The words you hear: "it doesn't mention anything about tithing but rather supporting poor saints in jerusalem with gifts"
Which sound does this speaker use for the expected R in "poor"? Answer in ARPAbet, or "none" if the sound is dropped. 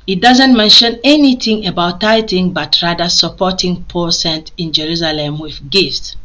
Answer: L